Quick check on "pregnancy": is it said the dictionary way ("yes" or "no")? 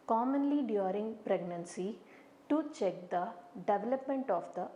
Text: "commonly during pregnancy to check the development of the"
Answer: yes